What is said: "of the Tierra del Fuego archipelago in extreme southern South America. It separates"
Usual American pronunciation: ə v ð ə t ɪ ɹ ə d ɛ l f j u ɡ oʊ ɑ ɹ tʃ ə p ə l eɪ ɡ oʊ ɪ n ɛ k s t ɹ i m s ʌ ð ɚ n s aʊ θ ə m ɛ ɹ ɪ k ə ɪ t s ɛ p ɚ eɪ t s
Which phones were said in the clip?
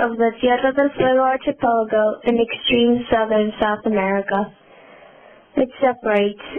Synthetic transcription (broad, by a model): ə v ð ə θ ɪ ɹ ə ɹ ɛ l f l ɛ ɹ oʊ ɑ ɹ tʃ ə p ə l ɡ oʊ ɪ n ɛ k s t ɹ i m s ʌ ð ɚ n s aʊ θ ə m ɛ ɹ ɪ k ə ɪ t s ɛ p ɚ eɪ t s